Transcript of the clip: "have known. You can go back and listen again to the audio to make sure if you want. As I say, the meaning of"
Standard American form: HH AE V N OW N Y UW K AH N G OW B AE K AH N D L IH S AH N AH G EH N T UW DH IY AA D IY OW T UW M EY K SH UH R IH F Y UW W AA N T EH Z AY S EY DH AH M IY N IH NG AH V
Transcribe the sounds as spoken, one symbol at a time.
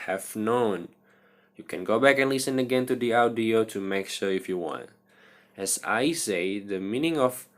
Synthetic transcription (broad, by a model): HH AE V N OW N Y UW K AH N G OW B AE K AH N L IH S AH N AH G EH N T UW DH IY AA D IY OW T UW M EY K SH UH R IH F Y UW W AA N T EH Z AY S EY DH AH M IY N IH NG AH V